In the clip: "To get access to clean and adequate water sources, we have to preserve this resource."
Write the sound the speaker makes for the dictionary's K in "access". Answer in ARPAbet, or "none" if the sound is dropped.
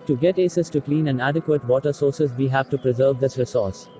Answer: none